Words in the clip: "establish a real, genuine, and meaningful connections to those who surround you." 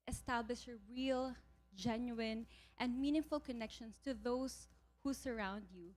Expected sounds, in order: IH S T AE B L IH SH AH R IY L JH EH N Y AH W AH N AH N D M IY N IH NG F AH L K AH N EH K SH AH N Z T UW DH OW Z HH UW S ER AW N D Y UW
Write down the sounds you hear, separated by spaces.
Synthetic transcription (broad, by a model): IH S T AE B L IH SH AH R IY L JH EH N Y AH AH N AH N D M IY N IH NG F AH L K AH N EH K SH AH N S T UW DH OW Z HH UW S ER AW N D Y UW